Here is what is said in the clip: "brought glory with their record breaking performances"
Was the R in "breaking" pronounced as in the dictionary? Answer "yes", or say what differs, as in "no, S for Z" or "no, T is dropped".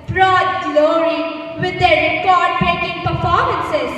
no, R is dropped